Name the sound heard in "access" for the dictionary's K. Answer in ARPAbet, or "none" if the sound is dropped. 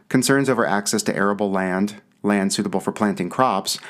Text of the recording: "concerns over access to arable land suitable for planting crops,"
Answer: K